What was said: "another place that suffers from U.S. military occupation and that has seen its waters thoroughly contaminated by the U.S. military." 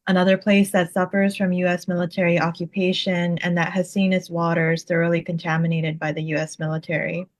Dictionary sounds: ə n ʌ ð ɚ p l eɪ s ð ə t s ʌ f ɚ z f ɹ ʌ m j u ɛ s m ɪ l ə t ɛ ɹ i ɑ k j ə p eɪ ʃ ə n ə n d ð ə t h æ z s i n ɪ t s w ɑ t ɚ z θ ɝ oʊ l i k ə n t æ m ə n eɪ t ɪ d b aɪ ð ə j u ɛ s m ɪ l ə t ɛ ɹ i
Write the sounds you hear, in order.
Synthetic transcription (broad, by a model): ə n ʌ ð ɚ p l eɪ s ð ə t s ʌ f ɚ z f ɹ ʌ m j u ɛ s m ɪ l ə t ɛ ɹ i ɑ k j ə p eɪ ʃ ə n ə n ð ə t h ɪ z s i n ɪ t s w ɑ t ɚ z θ ɝ oʊ l i k ə n t æ m ə n eɪ t ɪ d b aɪ ð ə j u ɛ s m ɪ l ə t ɛ ɹ i